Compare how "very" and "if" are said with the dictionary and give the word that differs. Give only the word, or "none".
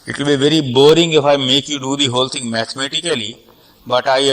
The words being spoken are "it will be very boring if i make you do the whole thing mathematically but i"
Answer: none